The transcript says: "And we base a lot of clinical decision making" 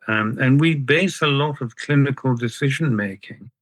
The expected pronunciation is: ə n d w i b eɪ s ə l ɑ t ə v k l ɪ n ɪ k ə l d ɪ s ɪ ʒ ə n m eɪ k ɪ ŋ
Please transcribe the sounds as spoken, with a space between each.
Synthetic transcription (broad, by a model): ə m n w i b eɪ s ə l ɑ t ə v k l ɪ n ɪ k ə l d ɪ s ɪ ʒ ə n m eɪ k ɪ ŋ